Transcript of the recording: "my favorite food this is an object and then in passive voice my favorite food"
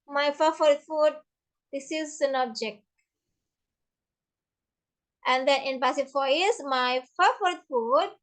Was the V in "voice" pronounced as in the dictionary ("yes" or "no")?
no